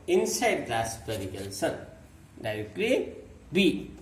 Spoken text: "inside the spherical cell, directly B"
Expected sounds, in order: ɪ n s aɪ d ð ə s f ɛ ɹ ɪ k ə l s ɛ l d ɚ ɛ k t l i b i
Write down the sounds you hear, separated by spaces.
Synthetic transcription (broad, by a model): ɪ n s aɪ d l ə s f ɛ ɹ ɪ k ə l s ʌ n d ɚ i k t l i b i